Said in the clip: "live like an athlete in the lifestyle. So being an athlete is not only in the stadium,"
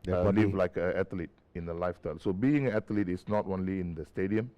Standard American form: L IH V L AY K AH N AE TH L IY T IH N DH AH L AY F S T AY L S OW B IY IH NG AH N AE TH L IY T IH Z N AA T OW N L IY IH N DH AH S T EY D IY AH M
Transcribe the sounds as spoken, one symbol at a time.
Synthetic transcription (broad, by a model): L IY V L AY K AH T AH L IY T IH N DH AH L AY F T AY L S OW B IY IH NG AH N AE T L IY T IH S N AA T OW N L IY IH N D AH S T EY D IY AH M